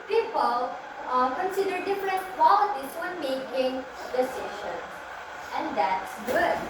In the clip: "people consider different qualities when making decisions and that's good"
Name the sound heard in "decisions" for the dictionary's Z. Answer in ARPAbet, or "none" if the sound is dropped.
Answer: none